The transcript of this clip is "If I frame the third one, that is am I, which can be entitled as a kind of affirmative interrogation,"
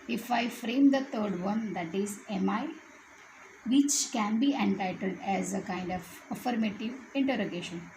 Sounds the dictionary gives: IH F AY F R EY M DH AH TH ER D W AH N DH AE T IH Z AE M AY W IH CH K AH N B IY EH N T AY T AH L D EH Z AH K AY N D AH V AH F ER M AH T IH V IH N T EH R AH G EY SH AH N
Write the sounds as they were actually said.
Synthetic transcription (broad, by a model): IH F AY F R EY M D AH T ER D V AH N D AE T IH Z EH M AY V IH CH K AH N B IY EH N T AY T AH L D EH Z AH K AY N D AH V AH F ER M AH T IH V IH N T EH R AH G EY SH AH N